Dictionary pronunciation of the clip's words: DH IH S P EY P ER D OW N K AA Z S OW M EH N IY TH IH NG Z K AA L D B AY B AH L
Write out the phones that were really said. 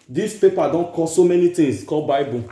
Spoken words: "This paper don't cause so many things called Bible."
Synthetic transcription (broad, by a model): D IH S P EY P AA D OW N K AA S OW M EH N IY T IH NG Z K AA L B AY B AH